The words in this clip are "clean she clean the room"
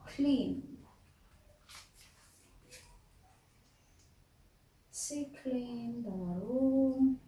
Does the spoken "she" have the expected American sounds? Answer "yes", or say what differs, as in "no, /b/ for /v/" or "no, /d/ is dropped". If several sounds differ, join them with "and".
no, /s/ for /ʃ/